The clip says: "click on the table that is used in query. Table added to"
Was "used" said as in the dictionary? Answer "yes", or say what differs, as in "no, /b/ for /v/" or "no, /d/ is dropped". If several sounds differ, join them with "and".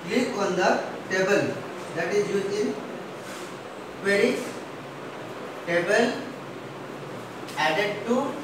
no, /d/ is dropped